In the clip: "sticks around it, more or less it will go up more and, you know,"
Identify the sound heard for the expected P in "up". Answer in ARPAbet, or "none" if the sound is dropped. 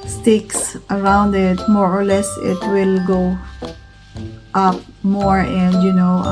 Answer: P